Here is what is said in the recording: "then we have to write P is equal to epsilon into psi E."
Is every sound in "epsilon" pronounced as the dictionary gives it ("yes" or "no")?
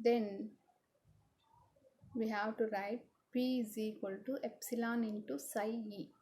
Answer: yes